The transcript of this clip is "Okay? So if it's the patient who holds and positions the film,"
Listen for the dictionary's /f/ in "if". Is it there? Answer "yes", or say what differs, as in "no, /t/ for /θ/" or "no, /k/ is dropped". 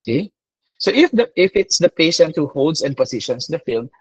yes